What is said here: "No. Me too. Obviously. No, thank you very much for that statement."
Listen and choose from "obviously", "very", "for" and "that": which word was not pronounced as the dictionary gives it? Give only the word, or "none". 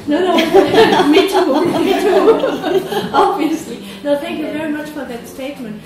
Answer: none